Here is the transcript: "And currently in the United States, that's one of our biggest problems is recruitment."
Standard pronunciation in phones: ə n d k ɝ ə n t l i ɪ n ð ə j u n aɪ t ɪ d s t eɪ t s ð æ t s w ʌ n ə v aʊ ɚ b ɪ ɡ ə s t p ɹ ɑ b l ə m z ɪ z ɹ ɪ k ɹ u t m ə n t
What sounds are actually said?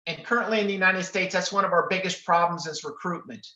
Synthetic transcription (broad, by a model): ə n k ɝ ə n t l i ɪ n ð ə j u n aɪ t ɪ d s t eɪ t s ð æ t s w ʌ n ə v aʊ ɚ b ɪ ɡ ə s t p ɹ ɑ b l ə m z ɪ z ɹ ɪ k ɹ u t m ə n t